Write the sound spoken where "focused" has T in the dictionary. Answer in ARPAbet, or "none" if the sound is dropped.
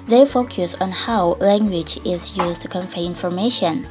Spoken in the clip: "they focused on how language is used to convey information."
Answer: none